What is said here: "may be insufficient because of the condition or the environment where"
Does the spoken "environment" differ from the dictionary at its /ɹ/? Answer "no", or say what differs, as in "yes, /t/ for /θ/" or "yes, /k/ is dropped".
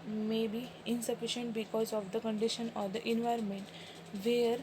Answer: no